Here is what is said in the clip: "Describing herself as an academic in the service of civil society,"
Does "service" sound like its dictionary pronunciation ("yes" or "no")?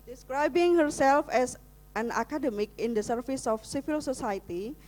no